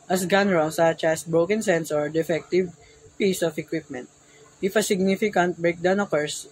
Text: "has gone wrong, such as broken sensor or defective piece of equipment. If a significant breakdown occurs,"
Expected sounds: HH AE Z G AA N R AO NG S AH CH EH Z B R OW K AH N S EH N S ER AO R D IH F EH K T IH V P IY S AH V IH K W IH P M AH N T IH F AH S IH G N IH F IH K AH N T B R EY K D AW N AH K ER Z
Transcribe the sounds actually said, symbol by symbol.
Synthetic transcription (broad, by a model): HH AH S G AA N R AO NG S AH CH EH S B R OW K AH N S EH N S AO R D IH F EH K T IH V P IY S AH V IH K W IH P M AH N T IH F AH S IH G N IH F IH K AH N T B R EY K D AW N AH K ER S